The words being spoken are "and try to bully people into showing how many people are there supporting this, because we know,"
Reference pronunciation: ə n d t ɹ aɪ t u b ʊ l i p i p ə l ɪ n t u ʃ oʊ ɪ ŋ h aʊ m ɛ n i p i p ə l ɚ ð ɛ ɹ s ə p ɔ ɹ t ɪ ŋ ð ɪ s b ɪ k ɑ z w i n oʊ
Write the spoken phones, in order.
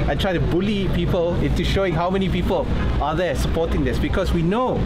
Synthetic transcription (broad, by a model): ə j t ɹ aɪ t u b ʊ l i p i p ə l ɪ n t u ʃ oʊ ɪ ŋ h aʊ m ɛ n i p i p ə l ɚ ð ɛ s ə p ɔ t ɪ ŋ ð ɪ s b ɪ k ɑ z w i n oʊ